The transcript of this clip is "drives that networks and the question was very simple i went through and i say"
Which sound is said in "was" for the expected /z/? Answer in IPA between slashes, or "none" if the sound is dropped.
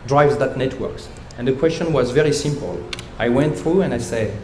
/z/